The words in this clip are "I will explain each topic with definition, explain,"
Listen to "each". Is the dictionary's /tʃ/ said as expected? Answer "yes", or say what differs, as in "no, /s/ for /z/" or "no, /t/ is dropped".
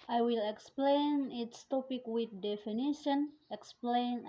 no, /s/ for /tʃ/